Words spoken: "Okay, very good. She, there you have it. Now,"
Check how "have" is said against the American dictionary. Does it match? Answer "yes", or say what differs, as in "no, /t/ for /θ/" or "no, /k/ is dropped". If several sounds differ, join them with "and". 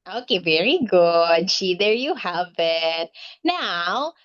yes